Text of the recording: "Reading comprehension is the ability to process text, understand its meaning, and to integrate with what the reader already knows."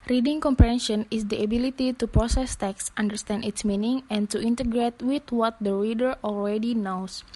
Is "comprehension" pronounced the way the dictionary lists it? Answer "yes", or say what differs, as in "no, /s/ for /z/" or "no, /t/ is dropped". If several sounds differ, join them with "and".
no, /ɹ/ is dropped